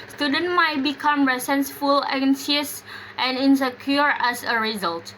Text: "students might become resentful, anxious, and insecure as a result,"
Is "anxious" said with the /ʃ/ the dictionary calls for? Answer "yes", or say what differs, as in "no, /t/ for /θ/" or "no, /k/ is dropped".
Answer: no, /s/ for /ʃ/